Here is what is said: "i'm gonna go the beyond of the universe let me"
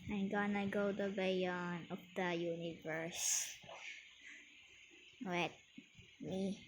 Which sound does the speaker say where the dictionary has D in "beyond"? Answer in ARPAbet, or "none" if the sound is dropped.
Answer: none